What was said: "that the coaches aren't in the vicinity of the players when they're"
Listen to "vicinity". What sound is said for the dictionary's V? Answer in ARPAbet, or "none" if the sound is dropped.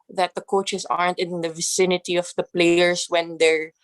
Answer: V